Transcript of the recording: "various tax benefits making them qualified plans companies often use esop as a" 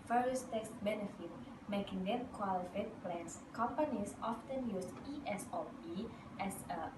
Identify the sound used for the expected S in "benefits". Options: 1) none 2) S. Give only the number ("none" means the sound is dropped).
1